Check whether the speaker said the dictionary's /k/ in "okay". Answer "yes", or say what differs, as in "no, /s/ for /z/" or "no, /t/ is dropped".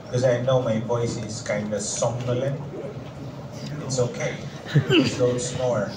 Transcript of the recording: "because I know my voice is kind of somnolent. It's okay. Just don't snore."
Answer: yes